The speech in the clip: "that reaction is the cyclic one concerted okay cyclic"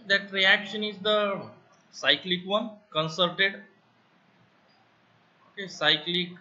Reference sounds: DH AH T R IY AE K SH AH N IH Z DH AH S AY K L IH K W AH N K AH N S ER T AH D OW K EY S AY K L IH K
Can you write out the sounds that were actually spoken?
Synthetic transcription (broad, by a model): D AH T R IY AE K SH AH N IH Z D AH S AY K L IH K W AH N K AH N S ER T AH D OW K EY S AY K L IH K